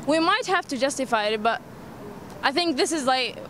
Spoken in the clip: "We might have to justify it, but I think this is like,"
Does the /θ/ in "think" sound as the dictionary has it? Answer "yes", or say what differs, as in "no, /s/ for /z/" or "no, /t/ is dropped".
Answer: yes